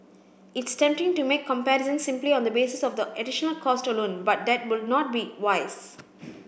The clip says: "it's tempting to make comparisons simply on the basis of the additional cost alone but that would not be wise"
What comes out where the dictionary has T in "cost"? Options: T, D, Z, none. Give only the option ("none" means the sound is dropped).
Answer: T